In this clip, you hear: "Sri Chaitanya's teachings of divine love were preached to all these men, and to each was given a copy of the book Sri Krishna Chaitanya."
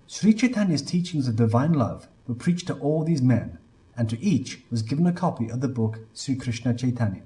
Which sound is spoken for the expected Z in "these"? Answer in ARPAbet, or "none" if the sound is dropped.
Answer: Z